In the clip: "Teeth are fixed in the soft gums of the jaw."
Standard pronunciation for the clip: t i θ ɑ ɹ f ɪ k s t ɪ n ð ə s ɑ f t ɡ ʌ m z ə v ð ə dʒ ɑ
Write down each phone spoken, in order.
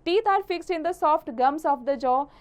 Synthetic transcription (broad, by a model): t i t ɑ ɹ f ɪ k s ɪ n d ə s ɑ f t ɡ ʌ m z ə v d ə dʒ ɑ